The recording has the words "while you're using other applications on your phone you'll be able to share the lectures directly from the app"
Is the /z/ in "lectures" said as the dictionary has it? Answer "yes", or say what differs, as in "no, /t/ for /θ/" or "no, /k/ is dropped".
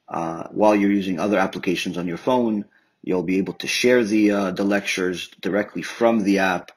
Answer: yes